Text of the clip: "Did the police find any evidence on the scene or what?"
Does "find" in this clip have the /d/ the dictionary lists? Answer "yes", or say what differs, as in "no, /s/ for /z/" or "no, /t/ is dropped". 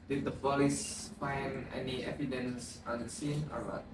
no, /d/ is dropped